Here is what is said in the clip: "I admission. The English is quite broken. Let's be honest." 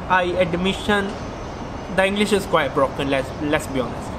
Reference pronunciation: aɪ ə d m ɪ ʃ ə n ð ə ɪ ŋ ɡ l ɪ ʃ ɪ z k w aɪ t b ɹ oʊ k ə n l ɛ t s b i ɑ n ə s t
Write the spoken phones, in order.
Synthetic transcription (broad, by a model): aɪ ə d m ɪ ʃ ə n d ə ɪ ŋ ɡ l ɪ ʃ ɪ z k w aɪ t b ɹ oʊ k ə n l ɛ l s b i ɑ n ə s t